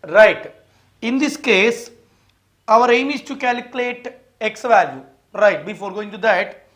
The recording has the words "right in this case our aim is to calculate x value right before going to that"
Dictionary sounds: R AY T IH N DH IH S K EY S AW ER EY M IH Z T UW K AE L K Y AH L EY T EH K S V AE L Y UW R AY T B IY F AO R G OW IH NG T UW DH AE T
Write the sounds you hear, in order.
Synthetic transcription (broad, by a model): R AY T IH N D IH S K EY S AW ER EY M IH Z T UW K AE L K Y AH L EY T EH K S V AE L Y UW R AY T B IY F AO R G OW IH NG T UW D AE T